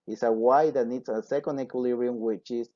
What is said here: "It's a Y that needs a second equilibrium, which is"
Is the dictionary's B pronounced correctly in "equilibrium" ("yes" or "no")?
no